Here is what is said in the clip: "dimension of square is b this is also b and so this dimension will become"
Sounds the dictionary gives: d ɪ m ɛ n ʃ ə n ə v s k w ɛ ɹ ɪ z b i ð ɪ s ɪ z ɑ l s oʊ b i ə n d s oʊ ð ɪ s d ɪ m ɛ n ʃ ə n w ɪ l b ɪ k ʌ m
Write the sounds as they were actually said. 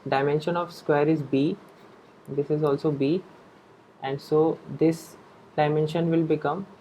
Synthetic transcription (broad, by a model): d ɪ m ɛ n ʃ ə n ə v s k w ɛ ɹ ɪ z b i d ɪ s ɪ z ɑ l s oʊ b i ə n d s oʊ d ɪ s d ɪ m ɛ n ʃ ə n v ɪ l b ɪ k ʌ m